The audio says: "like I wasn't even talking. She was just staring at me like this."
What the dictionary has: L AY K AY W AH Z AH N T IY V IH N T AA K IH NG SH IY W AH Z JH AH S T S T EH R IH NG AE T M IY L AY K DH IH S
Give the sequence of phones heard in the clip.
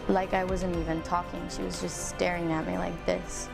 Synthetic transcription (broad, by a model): L AY K AY W AH Z AH N T IY V IH N T AA K IH NG SH IY W AH Z JH AH S T S T EH R IH NG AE T M IY L AY K DH IH S